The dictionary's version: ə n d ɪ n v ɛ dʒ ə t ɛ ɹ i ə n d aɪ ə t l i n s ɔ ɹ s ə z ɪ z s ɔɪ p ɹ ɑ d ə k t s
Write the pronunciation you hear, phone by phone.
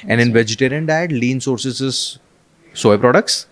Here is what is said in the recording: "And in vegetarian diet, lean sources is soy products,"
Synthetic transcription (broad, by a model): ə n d ɪ n v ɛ dʒ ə t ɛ ɹ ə n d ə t l i n s ɔ ɹ s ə s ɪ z s ɔɪ p ɹ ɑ d ə k t s